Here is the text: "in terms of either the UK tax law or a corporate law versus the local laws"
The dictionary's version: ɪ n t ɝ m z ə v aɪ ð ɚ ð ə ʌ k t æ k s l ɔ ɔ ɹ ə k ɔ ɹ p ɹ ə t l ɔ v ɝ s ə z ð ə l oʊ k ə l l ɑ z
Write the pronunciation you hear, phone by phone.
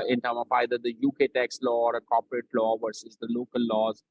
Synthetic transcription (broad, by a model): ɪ n t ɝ m ə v aɪ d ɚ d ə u k t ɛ k s l ɔ ɔ ɹ ə k ɔ p ɹ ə t l ɔ v ɝ s ə z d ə l oʊ k ə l l ɑ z